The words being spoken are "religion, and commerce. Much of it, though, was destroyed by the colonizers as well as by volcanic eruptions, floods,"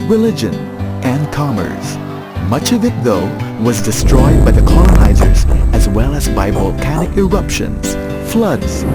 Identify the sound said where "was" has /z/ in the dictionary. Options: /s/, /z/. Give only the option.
/z/